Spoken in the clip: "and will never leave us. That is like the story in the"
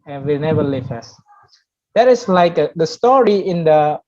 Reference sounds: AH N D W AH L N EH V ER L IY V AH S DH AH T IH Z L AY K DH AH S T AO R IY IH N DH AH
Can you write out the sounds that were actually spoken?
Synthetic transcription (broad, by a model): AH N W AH N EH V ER L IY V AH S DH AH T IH S L AY K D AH S T AO R IY IH N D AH